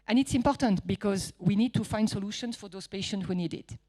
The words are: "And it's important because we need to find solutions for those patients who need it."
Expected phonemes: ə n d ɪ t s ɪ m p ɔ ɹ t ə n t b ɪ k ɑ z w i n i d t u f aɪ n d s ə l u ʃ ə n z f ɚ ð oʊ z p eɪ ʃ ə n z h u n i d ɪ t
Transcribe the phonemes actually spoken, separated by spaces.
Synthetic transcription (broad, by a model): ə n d ɪ t s ɪ m p ɔ ɹ t ə n t b ɪ k ɑ z w i n i d t u f aɪ n d s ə l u ʃ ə n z f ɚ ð oʊ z p eɪ ʃ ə n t h u n i d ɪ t